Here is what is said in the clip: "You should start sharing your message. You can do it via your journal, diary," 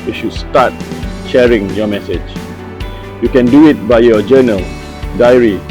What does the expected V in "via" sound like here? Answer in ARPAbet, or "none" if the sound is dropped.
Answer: B